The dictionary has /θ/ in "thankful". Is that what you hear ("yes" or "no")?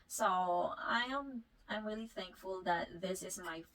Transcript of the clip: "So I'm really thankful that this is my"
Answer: yes